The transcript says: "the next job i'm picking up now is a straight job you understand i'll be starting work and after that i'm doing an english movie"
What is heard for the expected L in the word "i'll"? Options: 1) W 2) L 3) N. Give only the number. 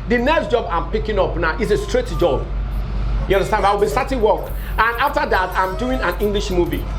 1